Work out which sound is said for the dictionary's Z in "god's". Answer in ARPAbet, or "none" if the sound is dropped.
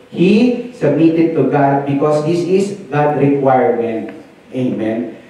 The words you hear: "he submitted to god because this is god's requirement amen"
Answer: none